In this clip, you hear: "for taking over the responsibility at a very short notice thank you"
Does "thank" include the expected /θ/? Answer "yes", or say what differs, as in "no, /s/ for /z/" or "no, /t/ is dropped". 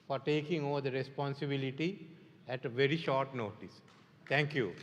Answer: no, /t/ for /θ/